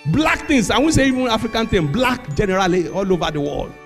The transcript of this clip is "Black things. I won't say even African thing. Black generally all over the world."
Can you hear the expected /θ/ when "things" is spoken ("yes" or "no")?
no